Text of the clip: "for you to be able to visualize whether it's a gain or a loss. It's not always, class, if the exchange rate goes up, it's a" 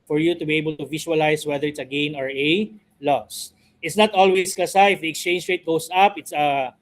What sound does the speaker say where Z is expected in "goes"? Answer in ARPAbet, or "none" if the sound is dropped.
S